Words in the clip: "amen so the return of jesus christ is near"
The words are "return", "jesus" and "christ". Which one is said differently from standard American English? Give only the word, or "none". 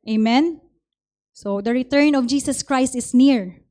jesus